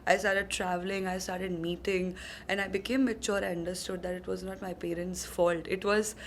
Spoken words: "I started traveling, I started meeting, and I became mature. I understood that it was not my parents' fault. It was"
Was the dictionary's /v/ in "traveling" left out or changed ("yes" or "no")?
no